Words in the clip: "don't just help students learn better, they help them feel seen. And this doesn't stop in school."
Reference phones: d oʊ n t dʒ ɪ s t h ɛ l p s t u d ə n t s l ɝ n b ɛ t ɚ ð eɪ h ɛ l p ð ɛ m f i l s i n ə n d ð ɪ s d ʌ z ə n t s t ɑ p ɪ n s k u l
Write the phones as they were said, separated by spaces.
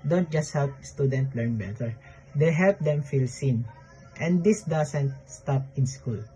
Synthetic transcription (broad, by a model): d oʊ n t dʒ ɪ s t h ɛ l p s t u d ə n t l ɝ n b ɛ t ɚ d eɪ h ɛ l p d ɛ m f i l s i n ə n d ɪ s d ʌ s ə n t s t ɑ p ɪ n s k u l